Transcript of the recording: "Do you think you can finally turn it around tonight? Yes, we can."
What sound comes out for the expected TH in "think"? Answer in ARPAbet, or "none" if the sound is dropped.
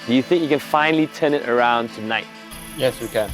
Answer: TH